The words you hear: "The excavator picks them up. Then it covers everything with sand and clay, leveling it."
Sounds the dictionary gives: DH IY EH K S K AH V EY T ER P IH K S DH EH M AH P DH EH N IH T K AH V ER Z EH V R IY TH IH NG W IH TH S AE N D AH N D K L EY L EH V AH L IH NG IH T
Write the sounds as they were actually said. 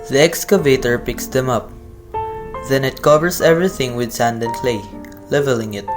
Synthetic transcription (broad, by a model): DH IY EH K S K AH V EY T ER P IH K S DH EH M AH P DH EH N IH T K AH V ER S EH V R IY TH IH NG W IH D S AE N D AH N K L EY L EH V AH L IH NG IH T